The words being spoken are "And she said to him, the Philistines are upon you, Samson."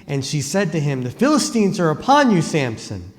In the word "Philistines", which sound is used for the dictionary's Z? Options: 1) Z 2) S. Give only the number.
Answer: 1